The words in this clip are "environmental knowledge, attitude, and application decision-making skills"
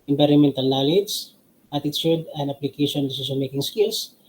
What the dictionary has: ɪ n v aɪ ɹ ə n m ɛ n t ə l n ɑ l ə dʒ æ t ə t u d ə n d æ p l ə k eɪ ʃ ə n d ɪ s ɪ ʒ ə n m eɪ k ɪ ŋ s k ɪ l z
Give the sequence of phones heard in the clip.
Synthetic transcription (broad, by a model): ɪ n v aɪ ɹ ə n m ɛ n t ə l n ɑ l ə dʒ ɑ t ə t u d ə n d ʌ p l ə k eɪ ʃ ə n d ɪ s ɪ s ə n m eɪ k ɪ ŋ s k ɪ l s